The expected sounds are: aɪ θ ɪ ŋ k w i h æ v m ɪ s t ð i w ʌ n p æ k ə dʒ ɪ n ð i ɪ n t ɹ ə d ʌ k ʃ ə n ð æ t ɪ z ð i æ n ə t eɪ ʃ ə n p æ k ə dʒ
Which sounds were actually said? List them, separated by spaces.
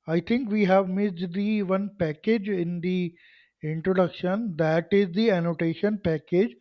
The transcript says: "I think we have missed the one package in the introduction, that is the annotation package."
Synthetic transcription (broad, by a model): aɪ t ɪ ŋ k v i h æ v m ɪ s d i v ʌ n p æ k ə dʒ ɪ n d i ɪ n t ɹ ə d ʌ k ʃ ə n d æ t ɪ z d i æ n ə t eɪ ʃ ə n p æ k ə dʒ